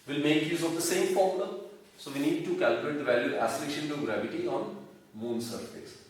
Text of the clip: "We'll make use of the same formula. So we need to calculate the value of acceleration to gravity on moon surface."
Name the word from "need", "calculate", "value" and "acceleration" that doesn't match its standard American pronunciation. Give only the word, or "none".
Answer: acceleration